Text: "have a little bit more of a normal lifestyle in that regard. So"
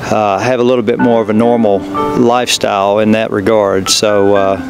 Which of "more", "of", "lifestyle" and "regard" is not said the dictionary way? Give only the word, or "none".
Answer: none